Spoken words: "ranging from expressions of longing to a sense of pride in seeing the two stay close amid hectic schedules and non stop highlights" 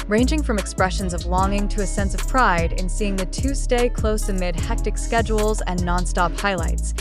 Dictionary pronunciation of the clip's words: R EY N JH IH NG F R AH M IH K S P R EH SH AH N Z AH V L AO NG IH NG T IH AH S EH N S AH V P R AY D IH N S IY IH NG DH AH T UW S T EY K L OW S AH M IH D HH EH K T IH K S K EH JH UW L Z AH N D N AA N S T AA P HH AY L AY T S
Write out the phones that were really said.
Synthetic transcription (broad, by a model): R EY N JH IH NG F R AH M IH K S P R EH SH AH N Z AH V L AO NG IH NG T IH AH S EH N S AH V P R AY D IH N S IY IH NG DH AH T UW S T EY K L OW S AH M IH D HH EH K T IH K S K EH JH UW L Z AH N N AA N S T AA P HH AY L AY T S